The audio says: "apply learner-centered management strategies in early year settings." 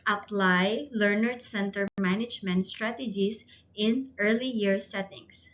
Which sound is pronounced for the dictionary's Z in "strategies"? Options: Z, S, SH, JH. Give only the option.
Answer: S